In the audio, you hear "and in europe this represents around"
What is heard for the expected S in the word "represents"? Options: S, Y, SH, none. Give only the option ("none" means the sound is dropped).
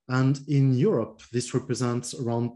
S